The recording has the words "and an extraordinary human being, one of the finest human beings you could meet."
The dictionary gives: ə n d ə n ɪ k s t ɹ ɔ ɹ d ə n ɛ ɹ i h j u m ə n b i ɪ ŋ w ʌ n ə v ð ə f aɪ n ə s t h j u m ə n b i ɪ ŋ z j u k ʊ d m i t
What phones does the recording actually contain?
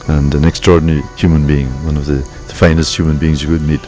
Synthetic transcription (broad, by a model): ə n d ə n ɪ k s t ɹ ɔ ɹ d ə n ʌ ɹ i h j u m ə n b i ɪ ŋ w ʌ n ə v ð ə f aɪ n ə s t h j u m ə n b i ɪ ŋ z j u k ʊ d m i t